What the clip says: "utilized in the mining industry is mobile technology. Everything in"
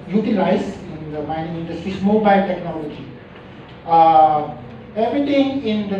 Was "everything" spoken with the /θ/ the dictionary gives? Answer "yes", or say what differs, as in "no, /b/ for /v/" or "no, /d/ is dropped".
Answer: no, /t/ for /θ/